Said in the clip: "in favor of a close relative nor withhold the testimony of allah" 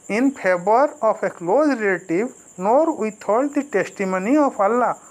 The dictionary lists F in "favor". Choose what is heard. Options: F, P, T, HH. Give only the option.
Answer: P